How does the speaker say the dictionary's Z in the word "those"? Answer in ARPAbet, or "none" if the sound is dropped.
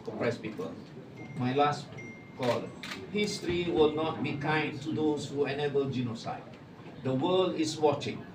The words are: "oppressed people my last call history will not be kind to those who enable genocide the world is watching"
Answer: S